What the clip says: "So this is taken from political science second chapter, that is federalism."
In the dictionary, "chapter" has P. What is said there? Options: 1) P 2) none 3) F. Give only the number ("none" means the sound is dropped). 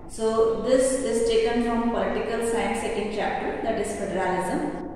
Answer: 1